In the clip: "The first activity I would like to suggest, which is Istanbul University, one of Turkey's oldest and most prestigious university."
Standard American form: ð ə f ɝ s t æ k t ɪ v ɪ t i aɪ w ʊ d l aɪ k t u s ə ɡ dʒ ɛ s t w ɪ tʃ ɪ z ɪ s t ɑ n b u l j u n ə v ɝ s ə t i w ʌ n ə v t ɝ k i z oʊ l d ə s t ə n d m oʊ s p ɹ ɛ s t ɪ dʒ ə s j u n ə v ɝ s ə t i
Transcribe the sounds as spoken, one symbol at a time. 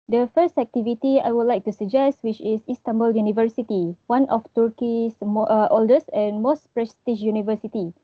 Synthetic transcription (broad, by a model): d ə f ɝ s t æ k t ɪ v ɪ t i aɪ w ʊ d l aɪ k t u s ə dʒ ɛ s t w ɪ tʃ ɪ s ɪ s t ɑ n b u l j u n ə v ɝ s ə t i w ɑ n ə f t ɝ k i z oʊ l d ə s ə n m oʊ s p ɹ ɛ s t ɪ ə ʃ j u n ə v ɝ s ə t i